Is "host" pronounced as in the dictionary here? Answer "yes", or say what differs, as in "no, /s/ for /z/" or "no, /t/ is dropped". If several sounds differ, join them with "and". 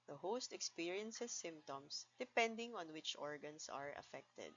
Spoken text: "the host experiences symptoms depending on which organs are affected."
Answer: yes